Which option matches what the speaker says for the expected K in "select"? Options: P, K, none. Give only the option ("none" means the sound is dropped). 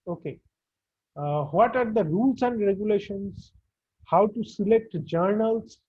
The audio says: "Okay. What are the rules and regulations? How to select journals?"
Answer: K